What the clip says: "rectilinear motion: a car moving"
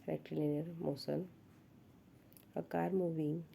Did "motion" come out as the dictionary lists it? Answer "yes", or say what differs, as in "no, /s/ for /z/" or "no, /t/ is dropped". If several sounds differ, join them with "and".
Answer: no, /s/ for /ʃ/